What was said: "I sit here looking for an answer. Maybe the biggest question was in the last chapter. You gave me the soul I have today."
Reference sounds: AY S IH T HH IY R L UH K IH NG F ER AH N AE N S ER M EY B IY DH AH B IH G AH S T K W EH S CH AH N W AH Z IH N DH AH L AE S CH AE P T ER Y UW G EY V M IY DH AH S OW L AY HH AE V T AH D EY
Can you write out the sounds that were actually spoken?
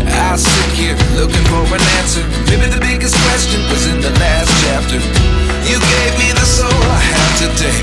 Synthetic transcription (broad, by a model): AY S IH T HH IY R L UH K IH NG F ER AH N AE N S ER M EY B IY DH AH B IH G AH S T K W EH S CH AH N W AH Z IH N DH AH L AE S CH AE P T ER Y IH G EY V M IY DH AH S OW L AY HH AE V T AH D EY